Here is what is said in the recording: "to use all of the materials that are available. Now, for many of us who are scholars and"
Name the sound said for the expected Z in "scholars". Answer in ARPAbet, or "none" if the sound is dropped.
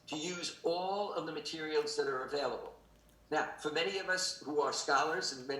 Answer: Z